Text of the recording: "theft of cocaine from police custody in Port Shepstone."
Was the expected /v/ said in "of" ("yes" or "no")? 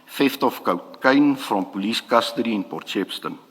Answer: no